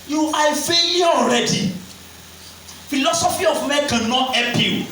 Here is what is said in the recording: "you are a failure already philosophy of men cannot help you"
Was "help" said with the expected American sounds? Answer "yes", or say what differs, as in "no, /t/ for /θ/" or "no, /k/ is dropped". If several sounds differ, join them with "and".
no, /l/ is dropped